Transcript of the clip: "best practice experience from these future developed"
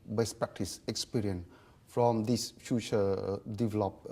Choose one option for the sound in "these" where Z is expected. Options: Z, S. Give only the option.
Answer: S